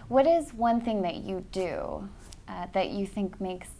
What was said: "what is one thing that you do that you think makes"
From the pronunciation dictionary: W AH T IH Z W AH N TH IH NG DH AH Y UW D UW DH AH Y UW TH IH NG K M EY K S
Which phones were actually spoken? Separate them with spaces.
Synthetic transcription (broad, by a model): W AH T IH Z W AH N TH IH NG DH AH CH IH D UW DH AH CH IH TH IH NG K M EY K S